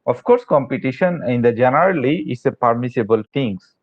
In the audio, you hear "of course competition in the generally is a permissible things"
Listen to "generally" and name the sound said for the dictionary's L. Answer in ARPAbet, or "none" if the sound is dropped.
L